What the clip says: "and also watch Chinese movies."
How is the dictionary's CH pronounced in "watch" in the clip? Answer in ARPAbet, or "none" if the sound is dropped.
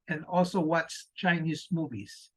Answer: S